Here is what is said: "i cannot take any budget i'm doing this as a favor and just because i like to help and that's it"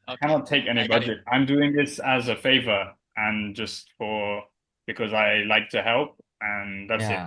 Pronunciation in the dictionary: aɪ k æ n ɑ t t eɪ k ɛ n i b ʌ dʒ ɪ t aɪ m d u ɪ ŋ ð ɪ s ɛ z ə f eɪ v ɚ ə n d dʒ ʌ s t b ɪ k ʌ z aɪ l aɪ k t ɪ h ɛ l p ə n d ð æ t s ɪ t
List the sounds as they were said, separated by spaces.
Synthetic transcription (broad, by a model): k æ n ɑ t t eɪ k ɛ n i b ʌ dʒ ɪ t aɪ m d u ɪ ŋ ð ɪ s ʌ z ə f eɪ v ɚ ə n dʒ ʌ s t b ɪ k ʌ z aɪ l aɪ k t ɪ h ɛ l p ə n ð æ t s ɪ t